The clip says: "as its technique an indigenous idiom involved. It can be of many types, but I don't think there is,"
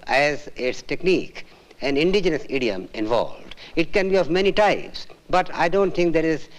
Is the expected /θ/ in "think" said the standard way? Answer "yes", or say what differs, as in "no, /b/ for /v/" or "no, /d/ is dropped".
no, /t/ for /θ/